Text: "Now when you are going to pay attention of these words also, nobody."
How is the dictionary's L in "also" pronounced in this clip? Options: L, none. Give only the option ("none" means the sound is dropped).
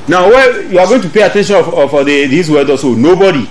none